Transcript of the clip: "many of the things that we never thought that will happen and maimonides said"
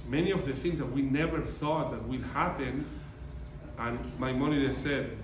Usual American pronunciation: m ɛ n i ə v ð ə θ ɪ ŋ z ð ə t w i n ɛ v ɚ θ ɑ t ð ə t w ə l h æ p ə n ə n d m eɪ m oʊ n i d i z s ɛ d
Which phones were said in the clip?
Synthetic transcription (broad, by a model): m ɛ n i ə v ð ə θ ɪ ŋ z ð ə t w i n ɛ v ɚ θ ɑ t ð ə t w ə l h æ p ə n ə n m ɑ m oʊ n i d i s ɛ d